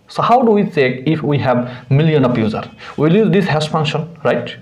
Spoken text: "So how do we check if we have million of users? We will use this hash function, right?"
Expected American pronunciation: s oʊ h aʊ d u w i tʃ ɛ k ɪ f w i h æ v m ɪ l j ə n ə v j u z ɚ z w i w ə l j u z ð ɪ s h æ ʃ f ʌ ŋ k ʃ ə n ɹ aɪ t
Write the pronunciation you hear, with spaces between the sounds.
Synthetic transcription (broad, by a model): s oʊ h aʊ d u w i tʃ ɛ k ɪ f w i h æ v m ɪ l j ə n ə p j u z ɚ w i l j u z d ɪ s h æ s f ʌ ŋ k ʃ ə n ɹ aɪ t